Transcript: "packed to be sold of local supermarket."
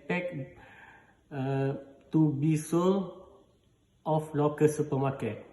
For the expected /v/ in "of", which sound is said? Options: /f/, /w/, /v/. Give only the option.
/f/